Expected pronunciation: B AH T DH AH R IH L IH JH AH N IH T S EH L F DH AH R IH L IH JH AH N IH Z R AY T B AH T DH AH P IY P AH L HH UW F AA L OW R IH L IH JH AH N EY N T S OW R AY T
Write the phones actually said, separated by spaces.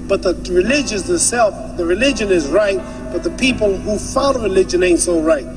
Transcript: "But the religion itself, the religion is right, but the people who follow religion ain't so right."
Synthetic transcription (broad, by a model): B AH T DH AH R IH L IH JH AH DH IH S EH L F DH AH R IH L IH JH AH N IH Z R AY T B AH T DH AH P IY P AH L HH UW F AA N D R IH L IH JH AH N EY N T S OW R AY T